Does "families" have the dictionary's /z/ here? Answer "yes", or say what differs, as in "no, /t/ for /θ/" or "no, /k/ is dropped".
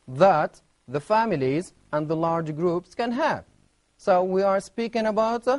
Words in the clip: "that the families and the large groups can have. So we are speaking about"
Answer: yes